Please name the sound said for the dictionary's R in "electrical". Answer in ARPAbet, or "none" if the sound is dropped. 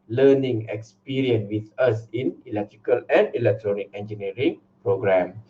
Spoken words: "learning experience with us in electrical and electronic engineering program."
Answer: R